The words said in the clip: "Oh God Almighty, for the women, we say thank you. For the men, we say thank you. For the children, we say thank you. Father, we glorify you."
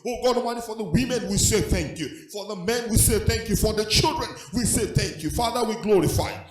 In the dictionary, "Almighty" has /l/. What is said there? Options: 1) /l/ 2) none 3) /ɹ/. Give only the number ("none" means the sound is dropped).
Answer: 2